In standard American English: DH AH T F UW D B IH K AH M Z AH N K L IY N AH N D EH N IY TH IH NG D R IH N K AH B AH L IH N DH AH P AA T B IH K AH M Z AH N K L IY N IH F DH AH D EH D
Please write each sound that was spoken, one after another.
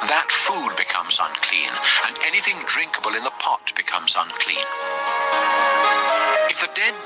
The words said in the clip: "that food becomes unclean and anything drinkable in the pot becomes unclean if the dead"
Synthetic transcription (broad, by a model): DH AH T F UW D B IH K AH M Z AH N K L IY N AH N EH N IY TH IH NG D R IH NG K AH B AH L IH N DH AH P AA T B IH K AH M Z AH N K L IY N IH F DH AH D EH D